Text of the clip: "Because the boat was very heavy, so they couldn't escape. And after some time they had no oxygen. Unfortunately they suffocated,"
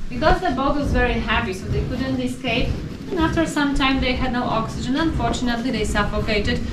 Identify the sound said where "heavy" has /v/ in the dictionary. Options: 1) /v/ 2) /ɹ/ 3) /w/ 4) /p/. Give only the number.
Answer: 4